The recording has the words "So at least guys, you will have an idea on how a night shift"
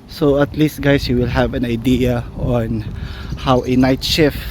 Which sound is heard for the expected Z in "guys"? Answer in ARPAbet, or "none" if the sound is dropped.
S